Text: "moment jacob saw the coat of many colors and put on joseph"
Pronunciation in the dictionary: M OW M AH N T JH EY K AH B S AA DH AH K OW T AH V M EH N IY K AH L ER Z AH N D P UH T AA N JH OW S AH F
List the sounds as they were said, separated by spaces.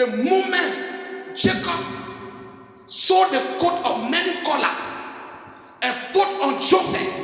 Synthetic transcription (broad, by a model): M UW M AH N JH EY K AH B S AA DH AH K OW T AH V M EH N IY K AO L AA S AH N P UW T AA N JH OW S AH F